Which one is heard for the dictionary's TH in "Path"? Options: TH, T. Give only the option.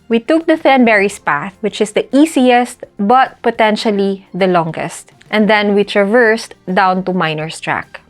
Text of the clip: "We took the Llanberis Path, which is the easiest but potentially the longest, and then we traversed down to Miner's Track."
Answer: TH